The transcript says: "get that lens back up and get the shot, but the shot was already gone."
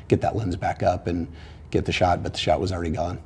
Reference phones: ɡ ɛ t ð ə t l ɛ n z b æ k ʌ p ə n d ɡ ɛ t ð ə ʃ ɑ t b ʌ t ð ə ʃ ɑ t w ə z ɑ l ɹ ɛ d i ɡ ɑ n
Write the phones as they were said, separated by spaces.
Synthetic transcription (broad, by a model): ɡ ɛ t ð ə t l ɛ n z b æ k ʌ p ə n ɡ ɛ t ð ə ʃ ɑ t b ʌ t ð ə ʃ ɑ t w ə z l ɹ ɛ d i ɡ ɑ n